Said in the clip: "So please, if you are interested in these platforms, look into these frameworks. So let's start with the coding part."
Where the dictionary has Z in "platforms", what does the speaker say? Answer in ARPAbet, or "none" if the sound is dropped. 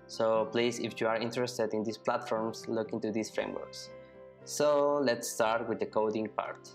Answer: S